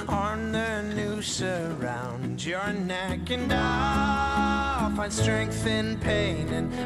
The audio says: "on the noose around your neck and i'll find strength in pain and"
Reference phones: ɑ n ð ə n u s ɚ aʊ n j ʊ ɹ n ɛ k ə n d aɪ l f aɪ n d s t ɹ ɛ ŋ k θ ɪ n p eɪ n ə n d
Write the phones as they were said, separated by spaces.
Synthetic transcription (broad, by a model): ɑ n ð ə n u s ɚ aʊ n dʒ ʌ ɹ n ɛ k ə n d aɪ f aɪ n s t ɹ ɛ ŋ k θ ɪ n p eɪ n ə n